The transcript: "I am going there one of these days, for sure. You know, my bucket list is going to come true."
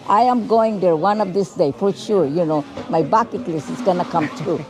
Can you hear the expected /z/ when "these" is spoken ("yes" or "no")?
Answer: no